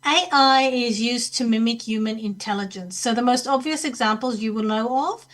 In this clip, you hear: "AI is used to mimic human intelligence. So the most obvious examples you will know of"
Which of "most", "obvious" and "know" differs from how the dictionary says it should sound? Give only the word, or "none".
none